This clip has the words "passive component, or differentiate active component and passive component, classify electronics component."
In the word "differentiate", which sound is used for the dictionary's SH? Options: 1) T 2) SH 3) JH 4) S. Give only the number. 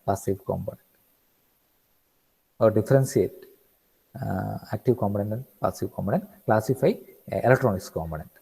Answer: 4